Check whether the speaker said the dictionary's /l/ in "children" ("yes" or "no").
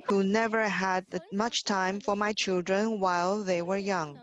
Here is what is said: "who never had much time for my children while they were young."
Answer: yes